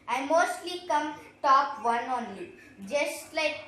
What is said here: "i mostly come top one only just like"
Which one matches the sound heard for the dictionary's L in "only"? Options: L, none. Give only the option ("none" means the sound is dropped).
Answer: none